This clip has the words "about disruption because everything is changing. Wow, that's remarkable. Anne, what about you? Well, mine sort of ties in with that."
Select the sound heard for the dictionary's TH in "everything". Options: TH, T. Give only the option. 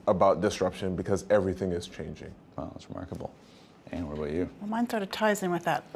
TH